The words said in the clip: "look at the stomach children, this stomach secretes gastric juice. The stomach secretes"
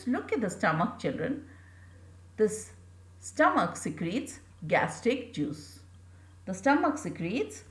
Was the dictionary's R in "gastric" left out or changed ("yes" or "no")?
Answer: yes